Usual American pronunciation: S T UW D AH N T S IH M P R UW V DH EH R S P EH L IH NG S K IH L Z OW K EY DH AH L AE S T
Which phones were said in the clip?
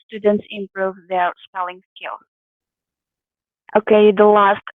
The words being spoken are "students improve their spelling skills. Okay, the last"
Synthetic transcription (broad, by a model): S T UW D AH N T S IH M P R UW V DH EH R S P EH L IH NG S K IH L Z OW K EY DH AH L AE S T